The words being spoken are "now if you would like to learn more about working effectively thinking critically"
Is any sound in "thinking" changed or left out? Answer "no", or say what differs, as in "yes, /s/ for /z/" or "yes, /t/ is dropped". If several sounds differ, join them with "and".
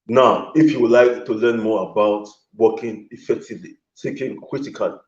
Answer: yes, /s/ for /θ/